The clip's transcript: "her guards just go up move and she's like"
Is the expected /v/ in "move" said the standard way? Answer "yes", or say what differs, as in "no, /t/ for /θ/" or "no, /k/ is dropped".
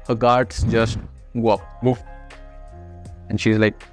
no, /v/ is dropped